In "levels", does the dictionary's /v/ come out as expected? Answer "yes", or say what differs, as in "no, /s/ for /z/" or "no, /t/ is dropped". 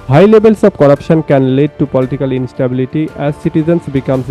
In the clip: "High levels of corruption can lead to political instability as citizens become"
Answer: no, /b/ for /v/